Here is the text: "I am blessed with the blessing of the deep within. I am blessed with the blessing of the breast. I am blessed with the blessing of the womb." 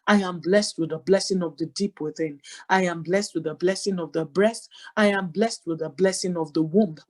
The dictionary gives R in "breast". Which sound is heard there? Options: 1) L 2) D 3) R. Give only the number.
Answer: 3